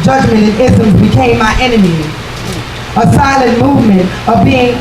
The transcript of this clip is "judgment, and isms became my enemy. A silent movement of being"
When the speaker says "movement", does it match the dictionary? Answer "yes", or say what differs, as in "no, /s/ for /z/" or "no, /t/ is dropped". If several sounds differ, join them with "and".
yes